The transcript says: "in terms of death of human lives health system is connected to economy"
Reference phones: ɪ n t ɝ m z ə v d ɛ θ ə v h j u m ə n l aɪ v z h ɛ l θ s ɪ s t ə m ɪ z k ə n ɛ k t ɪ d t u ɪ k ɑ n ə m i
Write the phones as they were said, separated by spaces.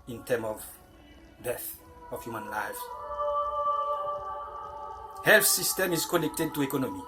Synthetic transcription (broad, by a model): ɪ n t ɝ m ə v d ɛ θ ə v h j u m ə n l aɪ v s h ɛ l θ s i s t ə m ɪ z k ə n ɛ k t ɪ d t u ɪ k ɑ n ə m i